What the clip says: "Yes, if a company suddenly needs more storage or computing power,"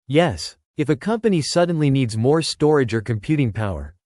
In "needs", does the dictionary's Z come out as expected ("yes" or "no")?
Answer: yes